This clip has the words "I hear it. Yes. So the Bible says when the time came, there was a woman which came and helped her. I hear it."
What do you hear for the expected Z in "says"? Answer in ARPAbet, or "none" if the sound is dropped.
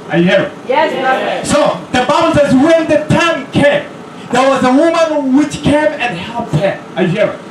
Z